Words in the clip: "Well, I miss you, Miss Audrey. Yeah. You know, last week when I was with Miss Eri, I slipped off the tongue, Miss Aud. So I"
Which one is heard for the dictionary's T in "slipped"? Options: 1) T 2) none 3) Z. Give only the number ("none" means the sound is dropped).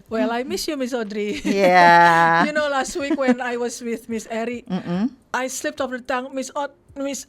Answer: 1